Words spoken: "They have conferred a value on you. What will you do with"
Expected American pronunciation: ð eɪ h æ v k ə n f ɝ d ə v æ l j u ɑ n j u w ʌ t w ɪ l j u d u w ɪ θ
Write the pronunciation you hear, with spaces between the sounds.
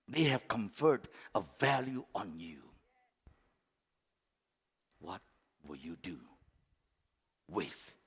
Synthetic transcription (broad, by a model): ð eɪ h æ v k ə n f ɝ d ə v æ l j u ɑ n j u w ʌ t w ɪ l j u d u w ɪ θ